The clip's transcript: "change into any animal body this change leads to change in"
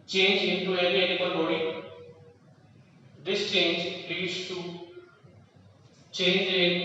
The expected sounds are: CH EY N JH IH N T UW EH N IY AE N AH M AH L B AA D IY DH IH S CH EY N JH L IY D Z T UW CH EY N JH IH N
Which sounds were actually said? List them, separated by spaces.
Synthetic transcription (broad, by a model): CH EY N JH IH N T UW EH L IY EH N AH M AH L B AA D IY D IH S CH EY N JH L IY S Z T UW CH EY N JH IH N